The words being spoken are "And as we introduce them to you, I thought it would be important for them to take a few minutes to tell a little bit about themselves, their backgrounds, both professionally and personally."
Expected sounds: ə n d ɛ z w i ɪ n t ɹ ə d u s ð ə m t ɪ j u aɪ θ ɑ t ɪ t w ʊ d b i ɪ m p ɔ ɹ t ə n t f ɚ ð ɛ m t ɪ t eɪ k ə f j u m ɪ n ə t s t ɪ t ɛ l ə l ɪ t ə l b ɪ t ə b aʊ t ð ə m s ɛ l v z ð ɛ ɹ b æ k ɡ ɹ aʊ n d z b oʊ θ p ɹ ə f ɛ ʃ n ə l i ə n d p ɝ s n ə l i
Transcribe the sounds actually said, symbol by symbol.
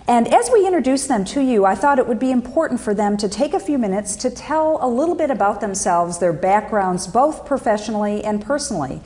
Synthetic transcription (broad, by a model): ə n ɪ z w i ɪ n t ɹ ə d u s ð ə m t ɪ j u aɪ θ ɑ t ɪ t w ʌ d b i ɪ m p ɔ ɹ t n t f ɚ ð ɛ m t ɪ t eɪ k ə f j u m ɪ n ə t s t ɪ t ɛ l ə l ɪ t l b ɪ t ə b aʊ t ð ə m s ɛ l v z ð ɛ ɹ b æ k ɡ ɹ aʊ n d z b oʊ θ p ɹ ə f ɛ ʃ n l i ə n p ɝ s n l i